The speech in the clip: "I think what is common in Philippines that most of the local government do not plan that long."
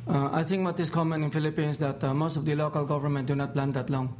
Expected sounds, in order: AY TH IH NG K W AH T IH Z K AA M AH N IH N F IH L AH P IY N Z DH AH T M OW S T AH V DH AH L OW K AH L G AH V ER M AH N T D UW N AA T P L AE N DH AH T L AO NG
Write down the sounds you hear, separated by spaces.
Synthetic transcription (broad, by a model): AY T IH NG K W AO T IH S K AA M AH N IH N F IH L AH P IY N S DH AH T M OW S T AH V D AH L OW K AH L G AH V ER M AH N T D UW N AA T P L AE N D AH T L AO NG